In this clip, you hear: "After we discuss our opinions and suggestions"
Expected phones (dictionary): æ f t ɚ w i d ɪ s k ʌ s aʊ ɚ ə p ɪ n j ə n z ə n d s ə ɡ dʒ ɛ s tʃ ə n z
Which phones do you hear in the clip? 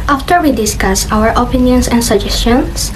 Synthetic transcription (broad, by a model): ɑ f t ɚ w i d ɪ s k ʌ s aʊ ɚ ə p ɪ n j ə n s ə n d s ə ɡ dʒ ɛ s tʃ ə n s